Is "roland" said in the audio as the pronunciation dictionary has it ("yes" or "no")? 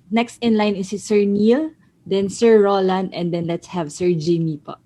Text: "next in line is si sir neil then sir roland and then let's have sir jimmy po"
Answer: yes